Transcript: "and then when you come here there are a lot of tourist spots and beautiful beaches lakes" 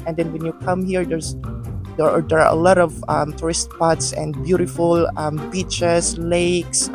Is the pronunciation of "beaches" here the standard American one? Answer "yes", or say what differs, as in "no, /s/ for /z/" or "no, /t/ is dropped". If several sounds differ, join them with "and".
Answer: no, /s/ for /z/